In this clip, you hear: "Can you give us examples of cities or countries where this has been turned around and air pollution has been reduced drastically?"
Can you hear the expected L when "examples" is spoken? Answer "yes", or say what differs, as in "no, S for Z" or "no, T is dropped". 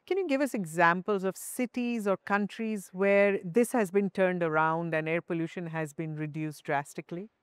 yes